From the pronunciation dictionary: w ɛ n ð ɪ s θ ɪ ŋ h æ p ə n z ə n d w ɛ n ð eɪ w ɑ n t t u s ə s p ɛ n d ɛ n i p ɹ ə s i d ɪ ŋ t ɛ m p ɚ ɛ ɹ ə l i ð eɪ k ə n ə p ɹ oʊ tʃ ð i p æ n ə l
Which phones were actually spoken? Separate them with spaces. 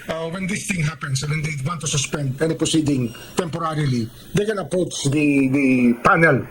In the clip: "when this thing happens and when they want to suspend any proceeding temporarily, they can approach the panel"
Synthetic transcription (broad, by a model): w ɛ n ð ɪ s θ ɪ ŋ h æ p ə n s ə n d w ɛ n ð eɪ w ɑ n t t u s ə s p ɛ n d ɛ n i p ɹ ə s i d ɪ ŋ t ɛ m p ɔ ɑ ɹ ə l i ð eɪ k ə n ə p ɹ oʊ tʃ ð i p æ n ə l